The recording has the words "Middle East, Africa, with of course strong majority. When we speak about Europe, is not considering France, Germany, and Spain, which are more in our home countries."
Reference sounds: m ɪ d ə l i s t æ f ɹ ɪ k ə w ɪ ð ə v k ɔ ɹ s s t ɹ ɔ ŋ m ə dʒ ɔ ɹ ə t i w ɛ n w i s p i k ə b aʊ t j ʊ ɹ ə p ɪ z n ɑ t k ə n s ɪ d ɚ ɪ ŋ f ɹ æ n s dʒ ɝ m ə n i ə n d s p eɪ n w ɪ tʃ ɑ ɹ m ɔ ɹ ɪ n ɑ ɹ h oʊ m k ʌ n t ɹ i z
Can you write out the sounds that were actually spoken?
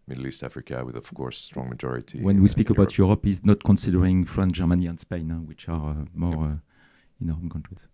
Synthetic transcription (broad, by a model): m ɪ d l i s t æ f ɹ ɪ k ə w ɪ ð ə v k ɔ ɹ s s t ɹ ɔ ŋ m ə dʒ ɔ ɹ ə t i w ɛ n w i s p i k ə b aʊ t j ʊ ɹ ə p ɪ z n ɑ t k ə n s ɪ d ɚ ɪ ŋ f ɹ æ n dʒ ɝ m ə n i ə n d s p eɪ n w ɪ tʃ ɑ ɹ m ɔ ɹ ɪ n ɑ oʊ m k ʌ n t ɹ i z